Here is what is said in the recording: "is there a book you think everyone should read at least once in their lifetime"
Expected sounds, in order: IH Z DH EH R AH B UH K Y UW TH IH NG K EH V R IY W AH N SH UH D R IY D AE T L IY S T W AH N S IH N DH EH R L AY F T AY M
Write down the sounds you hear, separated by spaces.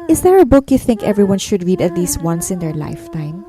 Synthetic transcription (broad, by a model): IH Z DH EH R AH B UH K Y UW TH IH NG K EH V R IY W AH N SH UH D R IY D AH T L IY S T W AH N S IH N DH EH R L AY F T AY M